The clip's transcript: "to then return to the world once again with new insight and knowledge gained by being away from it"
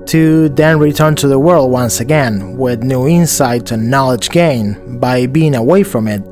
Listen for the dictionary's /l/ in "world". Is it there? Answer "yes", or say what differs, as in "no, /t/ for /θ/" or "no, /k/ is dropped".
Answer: yes